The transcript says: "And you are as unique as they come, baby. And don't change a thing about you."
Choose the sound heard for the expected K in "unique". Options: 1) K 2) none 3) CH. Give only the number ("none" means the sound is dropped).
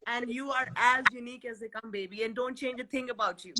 1